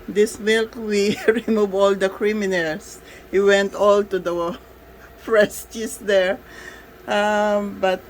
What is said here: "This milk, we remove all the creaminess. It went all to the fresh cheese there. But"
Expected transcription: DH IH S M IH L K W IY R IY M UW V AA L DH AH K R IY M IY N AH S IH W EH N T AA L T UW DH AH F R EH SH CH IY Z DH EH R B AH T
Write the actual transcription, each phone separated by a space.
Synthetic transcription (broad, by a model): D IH S M IH L K W IY R IY M UW V AA L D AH K R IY M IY N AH S IH W EH N T AA L T UW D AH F R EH S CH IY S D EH R B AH T